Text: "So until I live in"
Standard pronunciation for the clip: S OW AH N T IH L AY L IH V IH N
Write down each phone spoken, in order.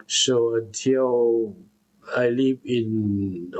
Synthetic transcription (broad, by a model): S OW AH T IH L AY L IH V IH N